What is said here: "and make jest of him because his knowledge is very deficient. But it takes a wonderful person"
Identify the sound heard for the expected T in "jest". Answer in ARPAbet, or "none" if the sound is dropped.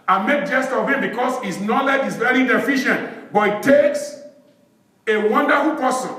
T